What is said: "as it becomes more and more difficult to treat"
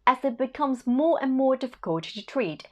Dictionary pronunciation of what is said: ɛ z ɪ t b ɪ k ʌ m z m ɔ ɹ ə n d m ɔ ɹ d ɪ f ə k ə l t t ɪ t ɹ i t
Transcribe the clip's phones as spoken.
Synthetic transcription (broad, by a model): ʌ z ɪ t b ɪ k ʌ m z m ɔ ɹ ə n m ɔ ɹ d ɪ f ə k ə l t t ɪ t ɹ i t